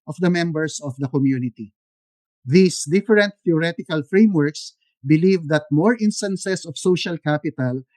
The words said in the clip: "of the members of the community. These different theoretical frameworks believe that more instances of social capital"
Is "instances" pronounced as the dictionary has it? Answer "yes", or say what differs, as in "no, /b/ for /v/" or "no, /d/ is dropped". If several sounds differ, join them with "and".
no, /s/ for /z/